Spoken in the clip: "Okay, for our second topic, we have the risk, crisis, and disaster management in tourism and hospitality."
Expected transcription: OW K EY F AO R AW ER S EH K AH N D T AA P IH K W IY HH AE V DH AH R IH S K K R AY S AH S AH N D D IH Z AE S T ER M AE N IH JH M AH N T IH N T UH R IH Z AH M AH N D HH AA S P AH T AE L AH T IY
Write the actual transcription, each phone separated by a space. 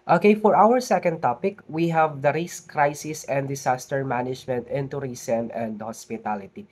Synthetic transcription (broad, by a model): OW K EY F AO R AW ER S EH K AH N D T AA P IH K W IY HH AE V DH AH R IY S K K R AY S AH S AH N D D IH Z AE S T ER M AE N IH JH M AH N T IH N T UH R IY S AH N AH N D HH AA S P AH T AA L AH T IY